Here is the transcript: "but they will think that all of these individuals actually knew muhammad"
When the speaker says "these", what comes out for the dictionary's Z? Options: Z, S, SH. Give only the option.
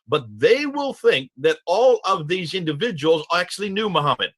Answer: Z